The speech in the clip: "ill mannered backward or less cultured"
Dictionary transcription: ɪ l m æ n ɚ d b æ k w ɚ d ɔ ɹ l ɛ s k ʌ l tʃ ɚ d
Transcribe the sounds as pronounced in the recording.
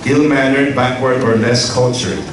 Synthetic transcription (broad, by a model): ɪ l m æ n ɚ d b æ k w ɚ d ɔ ɹ n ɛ s k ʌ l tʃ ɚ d